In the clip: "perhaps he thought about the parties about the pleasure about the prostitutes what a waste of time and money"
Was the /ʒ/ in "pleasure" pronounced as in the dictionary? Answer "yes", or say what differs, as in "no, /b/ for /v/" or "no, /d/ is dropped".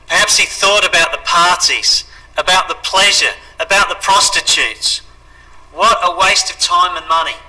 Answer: yes